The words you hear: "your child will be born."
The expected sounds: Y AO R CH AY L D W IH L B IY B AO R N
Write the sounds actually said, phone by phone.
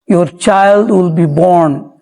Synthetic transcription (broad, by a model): Y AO R CH AY L D W IH L B IY B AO R N